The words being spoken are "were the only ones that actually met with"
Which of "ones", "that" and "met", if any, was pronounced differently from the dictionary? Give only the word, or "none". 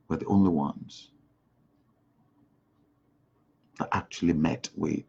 none